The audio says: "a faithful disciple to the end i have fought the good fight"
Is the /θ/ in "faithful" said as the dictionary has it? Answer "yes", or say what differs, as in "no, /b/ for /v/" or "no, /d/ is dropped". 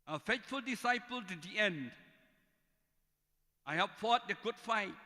no, /t/ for /θ/